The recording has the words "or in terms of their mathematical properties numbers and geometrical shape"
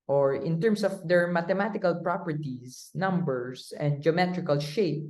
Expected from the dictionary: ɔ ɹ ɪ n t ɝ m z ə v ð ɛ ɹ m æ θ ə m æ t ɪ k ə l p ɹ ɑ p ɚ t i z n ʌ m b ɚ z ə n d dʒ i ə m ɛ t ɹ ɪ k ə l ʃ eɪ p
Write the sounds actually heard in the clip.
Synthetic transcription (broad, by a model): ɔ ɹ ɪ n t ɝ m s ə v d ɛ ɹ m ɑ t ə m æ t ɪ k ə l p ɹ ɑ p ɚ t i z n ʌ m b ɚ s ə n d dʒ i ə m ɛ t ɹ ɪ k ə l ʃ eɪ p